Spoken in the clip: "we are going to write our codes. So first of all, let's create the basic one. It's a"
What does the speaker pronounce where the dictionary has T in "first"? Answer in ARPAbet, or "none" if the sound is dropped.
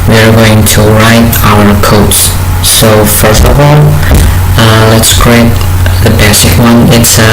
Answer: T